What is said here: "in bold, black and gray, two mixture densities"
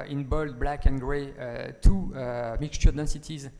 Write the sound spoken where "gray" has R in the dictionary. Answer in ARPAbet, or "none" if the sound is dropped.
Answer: R